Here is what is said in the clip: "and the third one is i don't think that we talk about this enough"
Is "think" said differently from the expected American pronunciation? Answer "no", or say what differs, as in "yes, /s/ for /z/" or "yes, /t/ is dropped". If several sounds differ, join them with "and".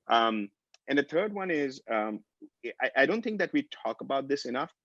no